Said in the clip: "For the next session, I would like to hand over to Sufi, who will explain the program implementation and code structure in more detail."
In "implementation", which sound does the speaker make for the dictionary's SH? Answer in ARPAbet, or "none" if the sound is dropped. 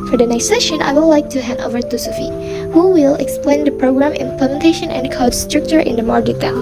SH